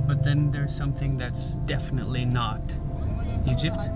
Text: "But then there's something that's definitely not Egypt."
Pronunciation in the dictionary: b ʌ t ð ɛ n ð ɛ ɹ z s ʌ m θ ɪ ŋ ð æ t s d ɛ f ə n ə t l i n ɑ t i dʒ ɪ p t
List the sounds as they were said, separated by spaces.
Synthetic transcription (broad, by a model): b ʌ t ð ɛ n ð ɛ ɹ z s ʌ m θ ɪ ŋ ð æ t s d ɛ f ə n ə t l i n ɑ t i dʒ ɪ p t